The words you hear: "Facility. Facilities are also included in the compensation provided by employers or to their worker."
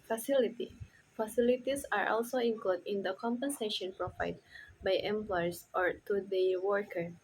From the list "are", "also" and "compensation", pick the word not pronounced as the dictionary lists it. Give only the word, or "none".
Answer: none